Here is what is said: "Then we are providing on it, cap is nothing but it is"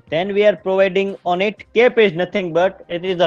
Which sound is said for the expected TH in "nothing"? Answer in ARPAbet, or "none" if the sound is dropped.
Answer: T